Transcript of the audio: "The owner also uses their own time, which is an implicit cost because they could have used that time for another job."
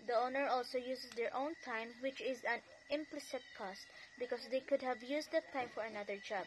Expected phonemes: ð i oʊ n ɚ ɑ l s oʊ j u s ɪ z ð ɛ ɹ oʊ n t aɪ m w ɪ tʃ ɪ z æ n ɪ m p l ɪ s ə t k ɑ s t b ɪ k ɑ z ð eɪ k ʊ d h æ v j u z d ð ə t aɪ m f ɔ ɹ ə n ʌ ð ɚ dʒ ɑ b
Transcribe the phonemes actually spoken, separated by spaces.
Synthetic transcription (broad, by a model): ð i oʊ n ɚ ɑ l s oʊ j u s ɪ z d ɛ ɹ oʊ n t aɪ m w ɪ tʃ ɪ z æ n ɪ m p l ɪ s ə t k ɑ s t b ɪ k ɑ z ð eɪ k ʊ d h æ v j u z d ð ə t aɪ m f ɔ ɹ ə n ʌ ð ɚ dʒ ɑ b